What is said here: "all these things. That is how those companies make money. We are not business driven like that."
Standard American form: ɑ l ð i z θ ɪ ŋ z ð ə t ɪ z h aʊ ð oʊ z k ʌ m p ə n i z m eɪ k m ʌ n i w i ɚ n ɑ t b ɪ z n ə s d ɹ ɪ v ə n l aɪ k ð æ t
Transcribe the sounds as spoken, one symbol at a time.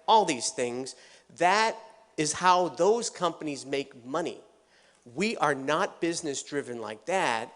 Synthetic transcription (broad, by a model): ɑ l ð i z θ ɪ ŋ z ð ə t ɪ z h aʊ ð oʊ z k ʌ m p ə n i z m eɪ k m ʌ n i w i ɚ n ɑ t b ɪ z n ə s d ɹ ɪ v ə n l aɪ k ð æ t